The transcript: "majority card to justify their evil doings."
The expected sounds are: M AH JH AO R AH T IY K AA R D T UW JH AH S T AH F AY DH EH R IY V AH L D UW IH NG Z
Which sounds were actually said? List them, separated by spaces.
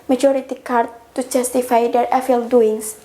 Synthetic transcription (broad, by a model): M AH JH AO R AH T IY K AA R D T UW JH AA S T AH F AY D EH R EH F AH L D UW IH NG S